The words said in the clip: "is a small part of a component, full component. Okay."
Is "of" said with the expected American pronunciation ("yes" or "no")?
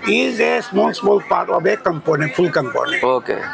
no